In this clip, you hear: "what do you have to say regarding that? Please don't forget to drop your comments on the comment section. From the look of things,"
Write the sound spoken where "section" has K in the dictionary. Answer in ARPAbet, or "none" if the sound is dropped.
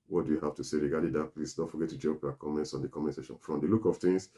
none